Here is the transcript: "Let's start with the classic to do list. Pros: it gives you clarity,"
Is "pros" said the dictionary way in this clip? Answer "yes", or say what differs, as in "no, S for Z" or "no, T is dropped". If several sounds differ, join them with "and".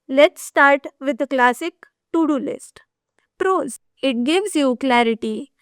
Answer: yes